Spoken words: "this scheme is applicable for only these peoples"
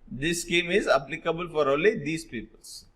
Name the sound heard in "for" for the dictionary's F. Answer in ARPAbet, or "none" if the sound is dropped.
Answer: F